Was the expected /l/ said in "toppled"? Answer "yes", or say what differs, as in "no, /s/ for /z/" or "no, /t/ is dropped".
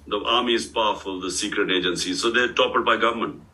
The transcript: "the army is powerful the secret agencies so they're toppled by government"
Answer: no, /l/ is dropped